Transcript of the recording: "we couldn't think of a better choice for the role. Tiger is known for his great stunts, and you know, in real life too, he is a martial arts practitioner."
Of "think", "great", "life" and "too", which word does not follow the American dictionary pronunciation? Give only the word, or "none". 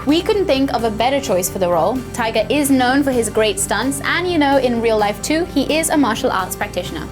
none